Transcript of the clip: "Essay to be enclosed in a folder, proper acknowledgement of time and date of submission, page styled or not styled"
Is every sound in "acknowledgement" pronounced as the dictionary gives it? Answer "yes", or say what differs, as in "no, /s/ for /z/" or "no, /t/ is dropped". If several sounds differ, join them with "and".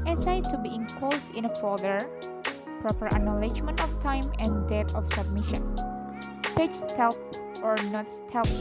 no, /k/ is dropped